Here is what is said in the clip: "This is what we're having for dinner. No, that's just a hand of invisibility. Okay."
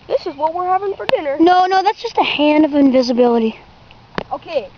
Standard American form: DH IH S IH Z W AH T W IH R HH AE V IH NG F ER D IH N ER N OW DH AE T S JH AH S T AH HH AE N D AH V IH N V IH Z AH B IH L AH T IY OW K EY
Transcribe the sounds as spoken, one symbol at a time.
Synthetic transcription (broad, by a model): DH IH S IH Z W AH T W IH R HH AE V IH NG F ER D IH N ER N OW DH AE T S JH AH S T AH HH AE N D AH V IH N V IH Z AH B IH L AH T IY OW K EY